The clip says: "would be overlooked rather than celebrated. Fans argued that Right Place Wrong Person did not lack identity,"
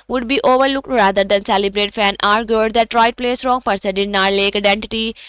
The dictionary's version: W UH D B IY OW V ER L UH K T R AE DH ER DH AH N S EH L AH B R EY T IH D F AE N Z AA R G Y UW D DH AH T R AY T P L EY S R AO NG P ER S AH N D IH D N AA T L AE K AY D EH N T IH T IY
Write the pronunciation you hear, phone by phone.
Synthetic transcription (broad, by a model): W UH D B IY OW V ER L UH K T R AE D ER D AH N S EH L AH B R EY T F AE N AA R G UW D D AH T R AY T P L EY S R AO NG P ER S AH D IH D N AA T L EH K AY D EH N T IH T IY